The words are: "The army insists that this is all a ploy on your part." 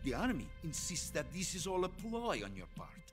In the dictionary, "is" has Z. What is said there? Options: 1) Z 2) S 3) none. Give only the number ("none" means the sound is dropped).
1